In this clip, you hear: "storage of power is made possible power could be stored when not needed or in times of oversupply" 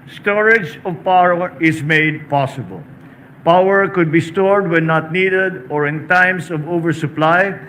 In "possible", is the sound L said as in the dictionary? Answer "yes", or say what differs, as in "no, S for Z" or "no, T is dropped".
yes